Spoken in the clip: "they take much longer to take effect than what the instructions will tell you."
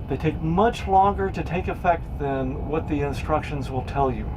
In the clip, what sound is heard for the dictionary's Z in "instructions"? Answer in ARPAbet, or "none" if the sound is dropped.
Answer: Z